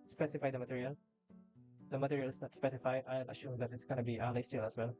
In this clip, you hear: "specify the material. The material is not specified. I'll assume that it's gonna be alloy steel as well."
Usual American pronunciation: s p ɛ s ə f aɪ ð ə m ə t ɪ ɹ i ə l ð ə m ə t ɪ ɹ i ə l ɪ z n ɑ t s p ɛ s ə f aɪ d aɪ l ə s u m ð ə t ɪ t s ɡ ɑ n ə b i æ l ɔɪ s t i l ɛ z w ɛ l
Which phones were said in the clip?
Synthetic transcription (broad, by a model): s p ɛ s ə f aɪ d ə m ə t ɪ ɹ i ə l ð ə m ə t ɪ ɹ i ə l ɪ s n ɑ t s p ɛ s ə f aɪ d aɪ n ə ʃ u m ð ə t ɪ t s ɡ ɑ n ə b i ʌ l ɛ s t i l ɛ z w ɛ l